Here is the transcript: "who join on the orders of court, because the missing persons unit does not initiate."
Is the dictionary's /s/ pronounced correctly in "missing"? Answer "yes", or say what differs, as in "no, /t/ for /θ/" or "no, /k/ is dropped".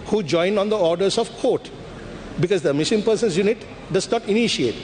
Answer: no, /ʃ/ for /s/